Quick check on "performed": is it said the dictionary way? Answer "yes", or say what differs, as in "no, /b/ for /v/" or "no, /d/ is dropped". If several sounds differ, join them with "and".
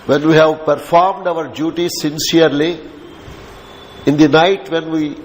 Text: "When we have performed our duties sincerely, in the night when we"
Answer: yes